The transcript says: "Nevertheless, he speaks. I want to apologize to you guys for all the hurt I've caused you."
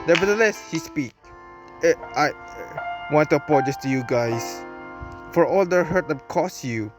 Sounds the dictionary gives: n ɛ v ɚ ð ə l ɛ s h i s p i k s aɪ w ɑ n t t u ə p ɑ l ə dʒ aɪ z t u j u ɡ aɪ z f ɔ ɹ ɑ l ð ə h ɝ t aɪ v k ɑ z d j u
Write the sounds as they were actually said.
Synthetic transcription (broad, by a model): n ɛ v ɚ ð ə l ɛ s h i s p i k aɪ w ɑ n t t u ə p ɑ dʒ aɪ s t u j u ɡ aɪ s f ɔ ɹ ɑ l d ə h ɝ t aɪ k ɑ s j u